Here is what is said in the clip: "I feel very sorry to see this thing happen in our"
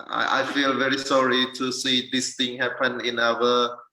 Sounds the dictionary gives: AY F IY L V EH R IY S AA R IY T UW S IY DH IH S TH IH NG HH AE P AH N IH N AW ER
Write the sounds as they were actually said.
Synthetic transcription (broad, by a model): AY F IY L V EH R IY S AA R IY T UW S IY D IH S T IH NG HH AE P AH N IH N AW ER